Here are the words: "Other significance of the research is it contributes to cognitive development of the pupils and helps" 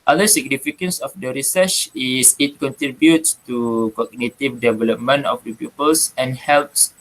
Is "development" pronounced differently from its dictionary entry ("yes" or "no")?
yes